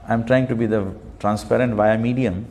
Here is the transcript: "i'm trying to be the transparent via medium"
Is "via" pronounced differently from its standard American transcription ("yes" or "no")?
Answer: no